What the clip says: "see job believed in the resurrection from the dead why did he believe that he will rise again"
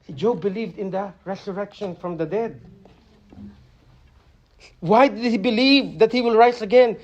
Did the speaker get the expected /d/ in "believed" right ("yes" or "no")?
yes